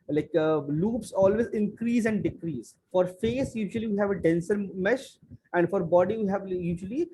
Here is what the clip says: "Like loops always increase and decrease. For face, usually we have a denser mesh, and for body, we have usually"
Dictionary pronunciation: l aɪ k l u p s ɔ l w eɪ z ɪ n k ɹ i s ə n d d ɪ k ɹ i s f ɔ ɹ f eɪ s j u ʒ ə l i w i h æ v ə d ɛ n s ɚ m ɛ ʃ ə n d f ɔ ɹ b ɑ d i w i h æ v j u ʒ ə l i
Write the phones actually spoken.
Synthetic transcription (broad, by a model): l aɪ k l u p s ɔ l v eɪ z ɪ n k ɹ i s ə n d d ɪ k ɹ i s f ɔ ɹ f eɪ s j u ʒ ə l i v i h æ v ə d ɛ n s ɚ m ɛ ʃ ə n d f ɔ ɹ b ɑ d i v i h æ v j u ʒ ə l i